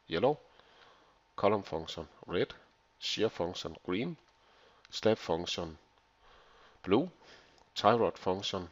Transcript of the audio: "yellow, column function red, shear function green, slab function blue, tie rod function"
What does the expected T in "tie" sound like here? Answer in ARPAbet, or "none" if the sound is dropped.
S